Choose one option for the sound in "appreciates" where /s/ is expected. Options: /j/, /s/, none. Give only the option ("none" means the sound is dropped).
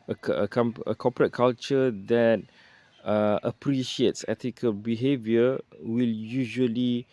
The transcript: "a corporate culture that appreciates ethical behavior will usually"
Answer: /s/